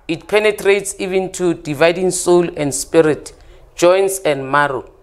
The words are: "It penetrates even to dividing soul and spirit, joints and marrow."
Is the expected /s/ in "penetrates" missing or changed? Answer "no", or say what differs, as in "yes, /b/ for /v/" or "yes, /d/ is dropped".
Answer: no